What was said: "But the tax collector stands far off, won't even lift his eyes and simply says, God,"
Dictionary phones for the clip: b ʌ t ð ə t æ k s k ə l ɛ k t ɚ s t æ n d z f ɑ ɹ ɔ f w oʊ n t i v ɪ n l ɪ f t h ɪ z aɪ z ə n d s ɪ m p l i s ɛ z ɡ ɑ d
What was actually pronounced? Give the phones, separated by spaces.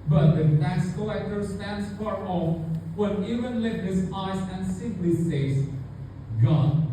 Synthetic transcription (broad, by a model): b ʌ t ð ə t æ s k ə ɛ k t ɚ s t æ n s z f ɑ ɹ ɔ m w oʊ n i v ɪ n l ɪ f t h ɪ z aɪ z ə n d s ɪ m p l i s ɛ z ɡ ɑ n